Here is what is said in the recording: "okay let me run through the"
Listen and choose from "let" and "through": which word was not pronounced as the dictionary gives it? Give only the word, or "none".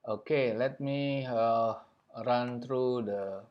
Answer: through